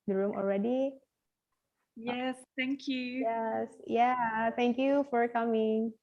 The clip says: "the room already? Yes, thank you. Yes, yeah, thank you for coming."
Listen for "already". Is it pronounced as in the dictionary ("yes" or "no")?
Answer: yes